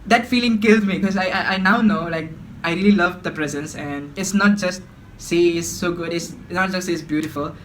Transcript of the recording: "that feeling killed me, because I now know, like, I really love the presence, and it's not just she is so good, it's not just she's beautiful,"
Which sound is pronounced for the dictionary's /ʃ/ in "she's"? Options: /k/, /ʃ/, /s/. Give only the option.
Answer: /s/